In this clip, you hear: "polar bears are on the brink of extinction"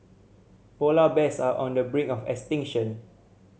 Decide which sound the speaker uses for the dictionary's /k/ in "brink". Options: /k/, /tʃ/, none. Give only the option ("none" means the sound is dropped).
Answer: none